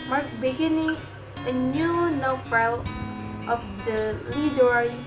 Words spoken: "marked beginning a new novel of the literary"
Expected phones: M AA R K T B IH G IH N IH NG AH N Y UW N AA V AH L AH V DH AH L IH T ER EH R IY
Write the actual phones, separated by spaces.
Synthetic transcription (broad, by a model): M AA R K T B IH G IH N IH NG AH N Y UW N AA F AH L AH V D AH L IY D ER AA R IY